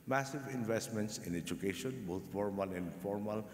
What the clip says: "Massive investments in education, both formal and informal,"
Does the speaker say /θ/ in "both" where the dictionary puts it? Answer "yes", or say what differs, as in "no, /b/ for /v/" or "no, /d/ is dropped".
no, /t/ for /θ/